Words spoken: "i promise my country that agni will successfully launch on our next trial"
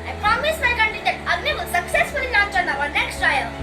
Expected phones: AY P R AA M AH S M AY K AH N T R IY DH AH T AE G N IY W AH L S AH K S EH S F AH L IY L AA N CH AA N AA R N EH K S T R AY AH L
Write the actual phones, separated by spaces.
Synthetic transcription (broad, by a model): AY P R AA M AH S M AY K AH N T IY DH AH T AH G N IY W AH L S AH K S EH S F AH L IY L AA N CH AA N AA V N EH K S T R AY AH L